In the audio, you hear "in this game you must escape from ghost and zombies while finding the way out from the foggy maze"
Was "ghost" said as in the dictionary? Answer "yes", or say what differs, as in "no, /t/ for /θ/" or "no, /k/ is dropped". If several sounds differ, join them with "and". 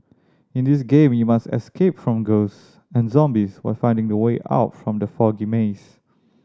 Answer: no, /t/ is dropped